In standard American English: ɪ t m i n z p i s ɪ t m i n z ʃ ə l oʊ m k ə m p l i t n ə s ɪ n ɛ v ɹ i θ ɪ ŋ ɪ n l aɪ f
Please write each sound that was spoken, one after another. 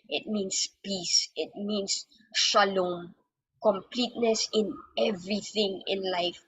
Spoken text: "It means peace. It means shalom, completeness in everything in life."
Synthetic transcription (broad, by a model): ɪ t m i n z p i s ɪ t m i n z ʃ ə l oʊ m k ə m p l i t n ə s ɪ n ɛ v ɹ i θ ɪ ŋ ɪ n l aɪ f